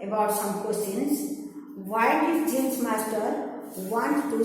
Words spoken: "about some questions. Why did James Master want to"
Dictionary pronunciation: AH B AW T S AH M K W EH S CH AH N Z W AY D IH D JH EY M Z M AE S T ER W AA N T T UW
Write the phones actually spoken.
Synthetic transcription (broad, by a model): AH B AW T S AH M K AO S AH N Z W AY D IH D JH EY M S M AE S T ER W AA N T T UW